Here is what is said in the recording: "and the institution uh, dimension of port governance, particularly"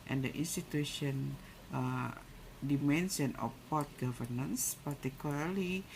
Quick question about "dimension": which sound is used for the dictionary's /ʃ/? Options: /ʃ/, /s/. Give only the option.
/s/